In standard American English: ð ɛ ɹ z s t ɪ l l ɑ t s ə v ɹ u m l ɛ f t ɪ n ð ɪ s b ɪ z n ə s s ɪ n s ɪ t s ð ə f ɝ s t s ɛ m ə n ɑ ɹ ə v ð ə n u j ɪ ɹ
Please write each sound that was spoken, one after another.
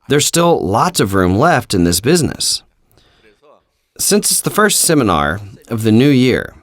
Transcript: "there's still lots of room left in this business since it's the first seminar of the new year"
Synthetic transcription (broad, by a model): ð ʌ ɹ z s t ɪ l l ɑ t s ə v ɹ u m l ɛ f t ɪ n ð ɪ s b ɪ z n ə s s ɪ n s ɪ t s ð ə f ɝ s t s ɛ m ə n ɑ ɹ ə v ð ə n u j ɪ ɹ